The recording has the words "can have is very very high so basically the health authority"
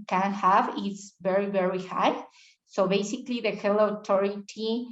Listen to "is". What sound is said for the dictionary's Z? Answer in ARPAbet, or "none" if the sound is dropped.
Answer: S